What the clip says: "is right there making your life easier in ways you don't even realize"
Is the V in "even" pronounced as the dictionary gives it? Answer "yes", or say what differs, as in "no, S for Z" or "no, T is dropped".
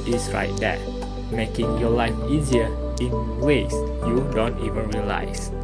yes